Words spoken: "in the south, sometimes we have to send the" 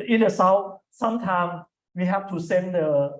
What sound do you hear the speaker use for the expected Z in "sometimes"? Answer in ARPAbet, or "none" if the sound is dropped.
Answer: none